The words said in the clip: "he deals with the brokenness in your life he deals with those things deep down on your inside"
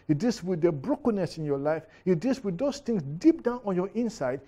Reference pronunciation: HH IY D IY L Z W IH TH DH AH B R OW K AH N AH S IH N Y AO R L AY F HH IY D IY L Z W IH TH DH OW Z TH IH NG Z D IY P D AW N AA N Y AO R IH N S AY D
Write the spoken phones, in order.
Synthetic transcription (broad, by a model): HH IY D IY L S W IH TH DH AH B R OW K AH N AH S IH N Y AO L AY F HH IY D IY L S W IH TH OW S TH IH NG S D IY P D AW N AA N Y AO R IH N S AY D